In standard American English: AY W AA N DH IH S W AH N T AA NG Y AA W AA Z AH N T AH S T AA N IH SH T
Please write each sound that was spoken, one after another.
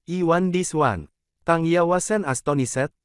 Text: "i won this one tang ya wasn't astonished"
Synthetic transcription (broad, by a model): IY W AA N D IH S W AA N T AA NG Y AA W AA S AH N AH S T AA N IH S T